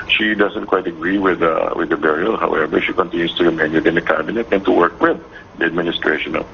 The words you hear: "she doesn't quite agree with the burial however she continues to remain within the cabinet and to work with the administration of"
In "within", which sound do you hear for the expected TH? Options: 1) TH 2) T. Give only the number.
2